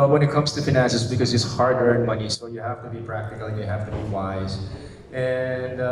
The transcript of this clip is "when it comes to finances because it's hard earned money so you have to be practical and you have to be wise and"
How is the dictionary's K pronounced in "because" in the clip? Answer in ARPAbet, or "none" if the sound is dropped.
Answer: K